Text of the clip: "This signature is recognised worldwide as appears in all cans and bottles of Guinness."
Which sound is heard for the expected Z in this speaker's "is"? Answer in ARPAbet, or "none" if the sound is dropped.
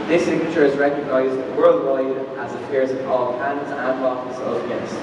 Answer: Z